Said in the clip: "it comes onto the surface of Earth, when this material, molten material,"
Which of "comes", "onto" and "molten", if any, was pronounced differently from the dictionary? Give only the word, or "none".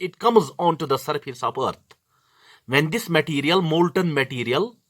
none